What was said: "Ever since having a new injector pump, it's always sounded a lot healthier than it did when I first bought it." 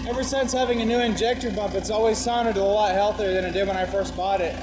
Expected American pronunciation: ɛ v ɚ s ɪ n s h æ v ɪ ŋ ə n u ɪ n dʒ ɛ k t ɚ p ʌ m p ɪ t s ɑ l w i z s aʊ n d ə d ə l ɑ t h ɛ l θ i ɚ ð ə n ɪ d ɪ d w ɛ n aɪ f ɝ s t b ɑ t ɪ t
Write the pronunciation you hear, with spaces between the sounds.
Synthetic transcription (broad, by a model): ɛ v ɚ s ɪ n s h æ v ɪ ŋ ə n u ɪ n dʒ ɛ k t ɚ b ʌ m p ɪ t s ɑ l w i z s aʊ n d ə ə l ɑ t h ɛ l θ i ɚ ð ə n ɪ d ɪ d w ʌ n aɪ f ɝ s t b ɑ t ɪ t